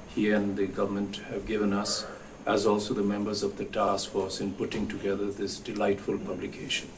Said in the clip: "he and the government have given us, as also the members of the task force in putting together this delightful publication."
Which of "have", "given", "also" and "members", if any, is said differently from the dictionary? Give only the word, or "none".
none